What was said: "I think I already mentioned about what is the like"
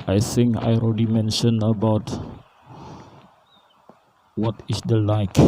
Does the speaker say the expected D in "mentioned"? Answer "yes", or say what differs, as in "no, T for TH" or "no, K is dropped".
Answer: no, D is dropped